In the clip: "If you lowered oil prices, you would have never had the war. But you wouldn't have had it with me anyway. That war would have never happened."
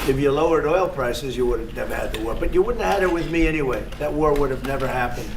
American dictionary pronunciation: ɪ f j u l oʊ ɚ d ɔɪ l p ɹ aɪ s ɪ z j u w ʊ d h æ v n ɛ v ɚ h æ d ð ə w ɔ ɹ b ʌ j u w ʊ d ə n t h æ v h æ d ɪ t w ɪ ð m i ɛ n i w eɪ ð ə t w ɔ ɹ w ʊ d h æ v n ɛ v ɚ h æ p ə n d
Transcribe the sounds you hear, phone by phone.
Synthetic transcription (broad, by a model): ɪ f j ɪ l oʊ ɚ d ɔɪ l p ɹ aɪ s ɪ z j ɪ w ʊ d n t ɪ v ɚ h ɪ d ð ə w ɔ ɹ b ʌ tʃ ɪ w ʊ d n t h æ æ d ɪ t w ɪ ð m i ɛ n i w eɪ ð ə t w ɔ ɹ w ʊ d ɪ v n ɛ v ɚ h æ p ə n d